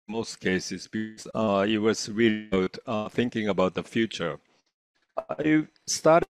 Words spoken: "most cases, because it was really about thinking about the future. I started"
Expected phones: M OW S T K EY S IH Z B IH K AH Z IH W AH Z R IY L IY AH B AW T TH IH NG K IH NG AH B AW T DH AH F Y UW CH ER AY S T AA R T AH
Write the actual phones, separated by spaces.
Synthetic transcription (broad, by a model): M OW S T K EY S IH Z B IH K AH IH W AH Z R IY L IY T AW TH IH NG K IH NG AH B AW T DH AH F Y UW CH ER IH S T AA R T